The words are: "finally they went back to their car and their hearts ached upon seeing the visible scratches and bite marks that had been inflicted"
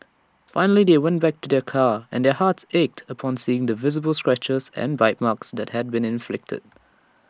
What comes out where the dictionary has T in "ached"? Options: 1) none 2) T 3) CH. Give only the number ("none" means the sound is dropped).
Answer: 2